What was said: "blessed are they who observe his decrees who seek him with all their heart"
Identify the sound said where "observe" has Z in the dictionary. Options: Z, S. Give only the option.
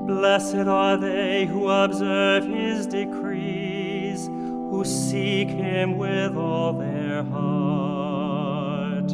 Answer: Z